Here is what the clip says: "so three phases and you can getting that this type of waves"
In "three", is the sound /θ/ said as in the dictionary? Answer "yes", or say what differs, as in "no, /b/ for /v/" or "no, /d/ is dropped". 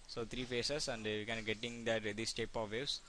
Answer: no, /t/ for /θ/